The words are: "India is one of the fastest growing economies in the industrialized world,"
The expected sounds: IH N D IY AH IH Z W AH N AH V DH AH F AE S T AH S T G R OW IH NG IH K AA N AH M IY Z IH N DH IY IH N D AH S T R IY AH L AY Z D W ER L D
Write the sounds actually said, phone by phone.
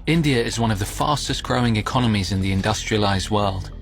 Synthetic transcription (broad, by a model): IH N D IY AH IH Z W AH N AH V DH AH F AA S T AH S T G R OW IH NG IH K AA N AH M IY Z IH N DH IY IH N D AH S T R IY AH L AY Z D W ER L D